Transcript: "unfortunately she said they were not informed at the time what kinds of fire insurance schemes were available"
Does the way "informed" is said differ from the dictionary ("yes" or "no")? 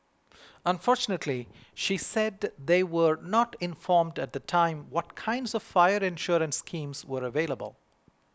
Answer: no